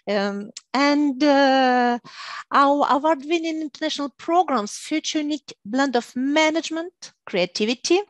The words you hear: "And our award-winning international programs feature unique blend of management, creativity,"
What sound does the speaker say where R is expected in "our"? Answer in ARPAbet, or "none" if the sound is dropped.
W